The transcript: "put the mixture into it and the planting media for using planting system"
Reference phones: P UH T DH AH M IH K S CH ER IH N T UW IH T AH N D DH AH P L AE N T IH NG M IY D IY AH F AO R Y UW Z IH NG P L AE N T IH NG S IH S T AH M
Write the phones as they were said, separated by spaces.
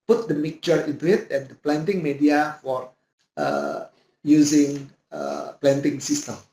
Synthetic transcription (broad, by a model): P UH T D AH M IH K CH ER IH N T UW IH T AH N D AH P L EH N T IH NG M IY D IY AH F AO R Y UW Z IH NG P L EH N T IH NG S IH S T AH M